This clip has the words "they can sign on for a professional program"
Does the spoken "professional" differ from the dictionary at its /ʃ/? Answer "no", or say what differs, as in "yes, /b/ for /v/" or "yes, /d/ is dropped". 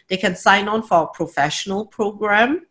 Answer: no